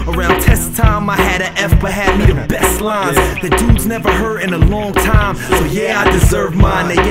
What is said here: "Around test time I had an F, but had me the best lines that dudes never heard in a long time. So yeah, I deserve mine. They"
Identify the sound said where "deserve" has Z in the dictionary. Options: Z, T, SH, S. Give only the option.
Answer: Z